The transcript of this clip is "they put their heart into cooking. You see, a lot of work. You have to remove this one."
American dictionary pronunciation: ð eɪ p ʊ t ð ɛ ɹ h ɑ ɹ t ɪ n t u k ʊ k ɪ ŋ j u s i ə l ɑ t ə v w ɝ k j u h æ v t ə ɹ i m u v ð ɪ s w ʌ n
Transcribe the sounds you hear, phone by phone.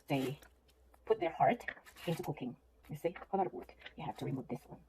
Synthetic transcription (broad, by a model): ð eɪ p ʊ t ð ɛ ɹ h ɑ ɹ t ɪ n t u k ʊ k ɪ ŋ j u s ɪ ə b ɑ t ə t w ɝ k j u h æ f t ə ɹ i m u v ð ɪ s w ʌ n